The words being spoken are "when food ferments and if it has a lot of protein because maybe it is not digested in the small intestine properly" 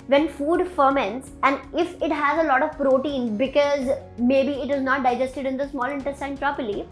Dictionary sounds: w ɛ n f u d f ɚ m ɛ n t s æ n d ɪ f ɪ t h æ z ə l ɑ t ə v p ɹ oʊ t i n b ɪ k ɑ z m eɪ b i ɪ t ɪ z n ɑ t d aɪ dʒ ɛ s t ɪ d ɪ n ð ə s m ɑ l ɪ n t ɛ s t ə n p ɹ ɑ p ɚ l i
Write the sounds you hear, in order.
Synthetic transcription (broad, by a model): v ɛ n f u d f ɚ m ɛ n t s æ n d ɪ f ɪ t h æ z ə l ɑ t ə v p ɹ oʊ t i n b ɪ k ɑ z m eɪ b i ɪ t ɪ z n ɑ t d aɪ dʒ ɛ s t ɪ d ɪ n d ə s m ɑ l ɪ n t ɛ s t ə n p ɹ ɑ p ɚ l i